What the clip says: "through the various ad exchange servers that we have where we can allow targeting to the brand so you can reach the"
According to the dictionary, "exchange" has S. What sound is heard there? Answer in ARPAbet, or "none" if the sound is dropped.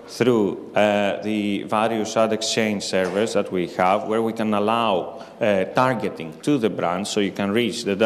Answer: S